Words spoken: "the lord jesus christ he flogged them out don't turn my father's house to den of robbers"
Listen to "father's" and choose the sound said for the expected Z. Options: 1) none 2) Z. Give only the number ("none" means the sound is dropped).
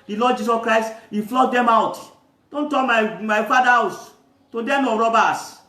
1